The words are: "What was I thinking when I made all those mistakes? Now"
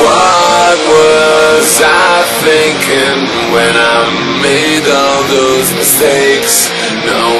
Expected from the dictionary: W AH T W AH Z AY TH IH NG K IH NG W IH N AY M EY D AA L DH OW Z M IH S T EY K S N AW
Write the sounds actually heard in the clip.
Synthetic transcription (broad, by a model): W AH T W AH Z AY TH IH NG K IH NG W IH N AY M EY D AA L DH OW Z M IH S T EY K S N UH